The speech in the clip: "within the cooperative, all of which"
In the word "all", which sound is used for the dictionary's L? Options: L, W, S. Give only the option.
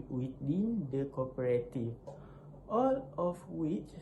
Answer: L